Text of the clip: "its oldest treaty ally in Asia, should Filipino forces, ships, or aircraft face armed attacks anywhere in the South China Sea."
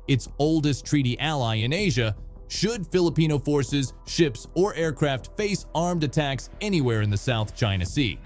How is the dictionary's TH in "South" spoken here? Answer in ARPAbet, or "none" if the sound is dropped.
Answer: TH